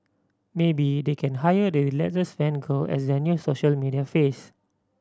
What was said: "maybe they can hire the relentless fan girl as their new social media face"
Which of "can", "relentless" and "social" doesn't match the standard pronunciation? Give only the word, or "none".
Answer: relentless